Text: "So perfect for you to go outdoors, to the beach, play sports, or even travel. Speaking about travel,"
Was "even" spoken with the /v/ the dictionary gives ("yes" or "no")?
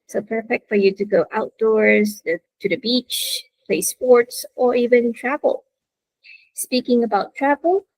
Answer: yes